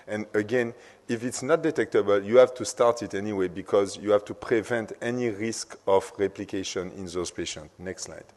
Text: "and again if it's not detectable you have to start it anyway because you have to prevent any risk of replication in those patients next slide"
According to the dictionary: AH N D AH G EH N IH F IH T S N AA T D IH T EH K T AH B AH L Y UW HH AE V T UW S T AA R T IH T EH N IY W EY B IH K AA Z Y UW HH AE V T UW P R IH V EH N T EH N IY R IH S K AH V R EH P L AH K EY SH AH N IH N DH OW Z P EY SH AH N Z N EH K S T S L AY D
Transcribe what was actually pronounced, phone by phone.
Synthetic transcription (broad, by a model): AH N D AH G EH N IH F IH T S N AA T D IH T EH K T AH B AH L Y UW HH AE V T UW S T AA R T IH T EH N IY W EY B IH K AA Z Y UW HH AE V T UW P R IH V EH N T EH N IY R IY S K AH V R EH P L AH K EY SH AH N IH N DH OW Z P EY SH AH N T N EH K S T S L AY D